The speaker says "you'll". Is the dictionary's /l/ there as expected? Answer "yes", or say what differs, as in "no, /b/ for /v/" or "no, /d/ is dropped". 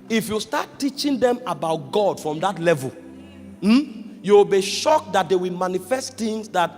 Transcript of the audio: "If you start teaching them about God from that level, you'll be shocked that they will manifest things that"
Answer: no, /w/ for /l/